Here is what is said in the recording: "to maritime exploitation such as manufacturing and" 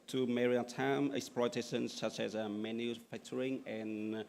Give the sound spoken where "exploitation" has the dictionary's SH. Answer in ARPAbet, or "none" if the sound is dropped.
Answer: S